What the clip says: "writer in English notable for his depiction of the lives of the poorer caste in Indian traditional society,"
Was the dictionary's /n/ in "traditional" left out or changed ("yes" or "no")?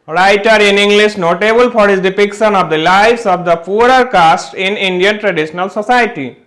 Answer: no